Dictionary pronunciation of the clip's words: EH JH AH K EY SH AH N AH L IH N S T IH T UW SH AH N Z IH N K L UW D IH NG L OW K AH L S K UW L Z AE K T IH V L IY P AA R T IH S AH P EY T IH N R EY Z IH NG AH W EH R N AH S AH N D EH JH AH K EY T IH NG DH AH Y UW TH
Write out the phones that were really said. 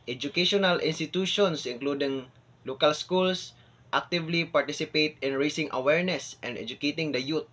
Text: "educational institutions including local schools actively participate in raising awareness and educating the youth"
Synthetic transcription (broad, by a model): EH JH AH K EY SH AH N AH L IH N S T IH T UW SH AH N S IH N K L UW D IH NG L OW K AH L S K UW L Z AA K T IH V L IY P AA R T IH S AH P EY T IH N R EY S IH NG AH W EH R N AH S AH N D EH JH AH K EY T IH NG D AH Y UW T